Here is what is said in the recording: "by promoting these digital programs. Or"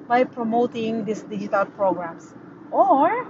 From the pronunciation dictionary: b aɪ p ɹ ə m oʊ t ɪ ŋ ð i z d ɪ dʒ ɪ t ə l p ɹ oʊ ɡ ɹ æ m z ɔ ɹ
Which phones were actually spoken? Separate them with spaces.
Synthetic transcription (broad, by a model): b aɪ p ɹ ə m oʊ t ɪ ŋ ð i s d ɪ dʒ ɪ t ə l p ɹ oʊ ɡ ɹ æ m s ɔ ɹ